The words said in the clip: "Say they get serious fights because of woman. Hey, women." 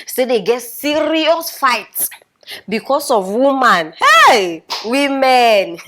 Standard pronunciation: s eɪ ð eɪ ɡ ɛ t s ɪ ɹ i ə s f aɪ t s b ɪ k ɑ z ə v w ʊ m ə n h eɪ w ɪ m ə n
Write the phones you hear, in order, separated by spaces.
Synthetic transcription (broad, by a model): s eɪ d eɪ ɡ ɛ t s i ɹ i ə s f aɪ t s b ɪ k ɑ s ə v w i m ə n h eɪ w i m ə n